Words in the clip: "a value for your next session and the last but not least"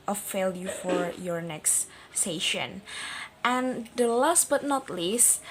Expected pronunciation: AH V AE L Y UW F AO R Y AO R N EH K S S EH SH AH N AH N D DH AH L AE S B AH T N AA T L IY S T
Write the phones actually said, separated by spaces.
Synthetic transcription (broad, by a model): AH F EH L Y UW F AO R Y AO R N EH K S S EH SH AH N AH N D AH L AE S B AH T N AA T L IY S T